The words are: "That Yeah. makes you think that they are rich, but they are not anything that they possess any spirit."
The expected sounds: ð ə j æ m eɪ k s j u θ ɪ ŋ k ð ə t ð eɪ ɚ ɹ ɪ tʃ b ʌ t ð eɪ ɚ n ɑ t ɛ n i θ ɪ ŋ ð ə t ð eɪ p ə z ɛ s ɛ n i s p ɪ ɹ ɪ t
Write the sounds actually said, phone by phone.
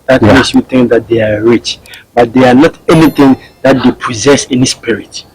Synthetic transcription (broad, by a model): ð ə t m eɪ s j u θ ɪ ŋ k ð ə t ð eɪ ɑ ɹ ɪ tʃ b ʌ t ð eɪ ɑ n ɑ t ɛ n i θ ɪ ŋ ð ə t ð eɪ p ə z ɛ s ɛ n i s p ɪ ɹ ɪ t